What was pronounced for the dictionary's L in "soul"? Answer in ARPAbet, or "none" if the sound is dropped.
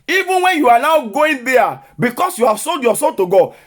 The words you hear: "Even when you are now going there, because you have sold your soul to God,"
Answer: N